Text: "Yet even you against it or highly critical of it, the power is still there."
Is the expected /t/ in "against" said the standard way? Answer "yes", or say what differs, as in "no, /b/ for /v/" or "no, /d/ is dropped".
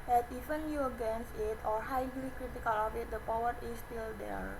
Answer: no, /t/ is dropped